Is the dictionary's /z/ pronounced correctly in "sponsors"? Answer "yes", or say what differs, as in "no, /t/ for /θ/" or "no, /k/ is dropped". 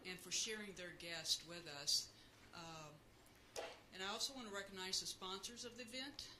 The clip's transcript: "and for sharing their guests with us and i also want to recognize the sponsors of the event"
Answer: yes